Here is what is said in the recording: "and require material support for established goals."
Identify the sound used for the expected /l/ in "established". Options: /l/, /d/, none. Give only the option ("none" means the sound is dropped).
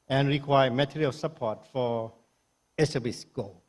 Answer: none